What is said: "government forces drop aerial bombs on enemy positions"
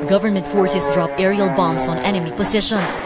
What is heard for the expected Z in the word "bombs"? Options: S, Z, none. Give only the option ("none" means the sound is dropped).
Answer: S